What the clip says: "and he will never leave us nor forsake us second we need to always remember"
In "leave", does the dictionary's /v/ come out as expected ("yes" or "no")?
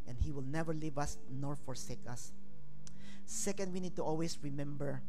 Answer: yes